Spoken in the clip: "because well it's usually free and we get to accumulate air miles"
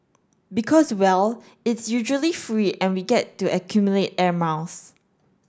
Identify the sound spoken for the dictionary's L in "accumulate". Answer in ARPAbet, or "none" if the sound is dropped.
L